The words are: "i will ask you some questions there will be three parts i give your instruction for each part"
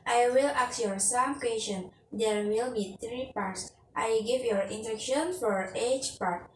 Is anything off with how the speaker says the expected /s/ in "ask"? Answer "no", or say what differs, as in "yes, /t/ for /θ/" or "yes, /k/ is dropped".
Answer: yes, /s/ is dropped